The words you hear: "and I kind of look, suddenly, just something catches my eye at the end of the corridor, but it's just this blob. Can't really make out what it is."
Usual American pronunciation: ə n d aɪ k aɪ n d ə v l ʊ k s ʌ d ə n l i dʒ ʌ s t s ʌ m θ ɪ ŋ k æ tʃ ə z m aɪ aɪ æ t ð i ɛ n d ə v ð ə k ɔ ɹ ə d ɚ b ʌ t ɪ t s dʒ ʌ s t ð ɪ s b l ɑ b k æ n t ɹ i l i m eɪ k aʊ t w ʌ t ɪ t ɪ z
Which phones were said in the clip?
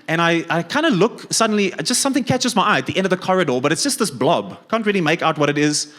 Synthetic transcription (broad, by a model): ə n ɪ aɪ k aɪ n d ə l ʊ k s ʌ d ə n l i dʒ ʌ s t s ʌ m θ ɪ ŋ k æ tʃ ə z m aɪ aɪ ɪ t ð i ɛ n d ə v ð ə k ɔ ɹ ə d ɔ b ʌ t ɪ t s dʒ ʌ s t ð ɪ s b l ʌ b k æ n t ɹ i l i m eɪ k aʊ t w ʌ t ɪ t ɪ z